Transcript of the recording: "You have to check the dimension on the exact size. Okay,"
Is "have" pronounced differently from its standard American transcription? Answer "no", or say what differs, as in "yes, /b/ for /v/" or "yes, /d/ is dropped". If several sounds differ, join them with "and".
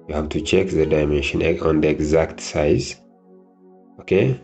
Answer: yes, /b/ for /v/